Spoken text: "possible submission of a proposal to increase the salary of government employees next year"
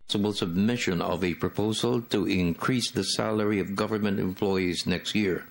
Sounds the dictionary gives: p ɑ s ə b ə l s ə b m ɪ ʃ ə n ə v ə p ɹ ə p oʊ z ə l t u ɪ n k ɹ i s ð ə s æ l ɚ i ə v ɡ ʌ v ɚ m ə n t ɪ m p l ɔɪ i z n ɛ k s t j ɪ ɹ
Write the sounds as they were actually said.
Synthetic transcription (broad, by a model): s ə b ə l s ə b m ɪ ʃ ə n ə v ə p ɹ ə p oʊ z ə l t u ɪ n k ɹ i s ð ə s æ l ɚ i ə v ɡ ʌ v ɚ m ə n t ɪ m p l ɔɪ i z n ɛ k s t j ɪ ɹ